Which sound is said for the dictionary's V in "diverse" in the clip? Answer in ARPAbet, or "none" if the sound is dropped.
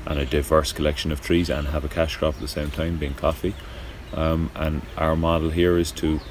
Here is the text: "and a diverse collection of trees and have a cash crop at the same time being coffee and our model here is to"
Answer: V